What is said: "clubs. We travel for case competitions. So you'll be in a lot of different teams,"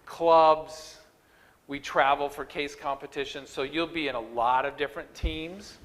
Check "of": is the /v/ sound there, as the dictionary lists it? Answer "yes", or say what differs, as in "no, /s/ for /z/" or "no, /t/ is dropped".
yes